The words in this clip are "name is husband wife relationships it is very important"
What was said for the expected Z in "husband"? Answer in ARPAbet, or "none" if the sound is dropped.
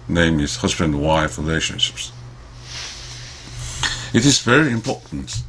Z